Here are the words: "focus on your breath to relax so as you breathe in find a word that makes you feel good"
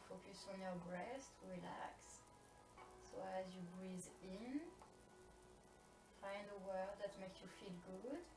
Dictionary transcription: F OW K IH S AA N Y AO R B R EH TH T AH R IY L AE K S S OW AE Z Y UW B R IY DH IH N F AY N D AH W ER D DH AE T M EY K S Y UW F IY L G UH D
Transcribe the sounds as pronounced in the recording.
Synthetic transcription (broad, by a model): F OW K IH S AA N Y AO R B R EH S T R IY L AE K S S OW AE Z Y UW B R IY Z IH N F AY N D AH W ER D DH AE T M EY K S Y UW F IY L G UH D